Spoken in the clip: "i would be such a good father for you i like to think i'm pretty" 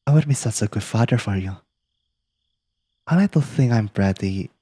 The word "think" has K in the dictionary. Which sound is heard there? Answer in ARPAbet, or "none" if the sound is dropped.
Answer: none